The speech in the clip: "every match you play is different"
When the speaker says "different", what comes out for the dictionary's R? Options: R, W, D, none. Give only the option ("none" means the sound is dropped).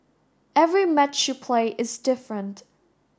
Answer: R